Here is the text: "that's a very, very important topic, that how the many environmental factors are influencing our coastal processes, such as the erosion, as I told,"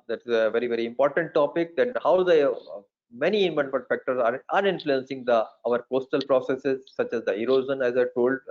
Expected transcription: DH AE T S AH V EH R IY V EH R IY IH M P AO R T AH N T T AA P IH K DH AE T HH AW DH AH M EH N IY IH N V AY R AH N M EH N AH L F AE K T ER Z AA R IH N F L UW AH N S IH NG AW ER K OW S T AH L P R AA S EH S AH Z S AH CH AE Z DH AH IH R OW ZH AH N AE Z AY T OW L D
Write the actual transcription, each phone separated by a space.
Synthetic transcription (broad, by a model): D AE T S AH V EH R IY V EH R IY IH M P AO R T AH N T T AA P IH K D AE T HH AW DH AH M EH N IY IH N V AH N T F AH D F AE K T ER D AA R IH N F L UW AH N S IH NG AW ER K OW S T AH L P R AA S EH S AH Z S AH CH AE Z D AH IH R OW Z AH N AE Z AY T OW L D